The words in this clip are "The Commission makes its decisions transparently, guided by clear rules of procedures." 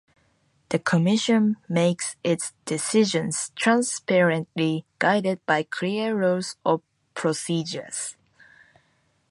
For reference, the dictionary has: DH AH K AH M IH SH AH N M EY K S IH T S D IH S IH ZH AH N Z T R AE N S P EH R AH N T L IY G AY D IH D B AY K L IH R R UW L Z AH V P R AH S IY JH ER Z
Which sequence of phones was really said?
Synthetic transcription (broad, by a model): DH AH K AH M IH SH AH N M EY K S IH T S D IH S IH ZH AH N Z T R AE N S P EH R AH N T L IY G AY D IH D B AY K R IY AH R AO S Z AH P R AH S IY JH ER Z